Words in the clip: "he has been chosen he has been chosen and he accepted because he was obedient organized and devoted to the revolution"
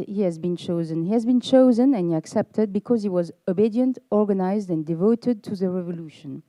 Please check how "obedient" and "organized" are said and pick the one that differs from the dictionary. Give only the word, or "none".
none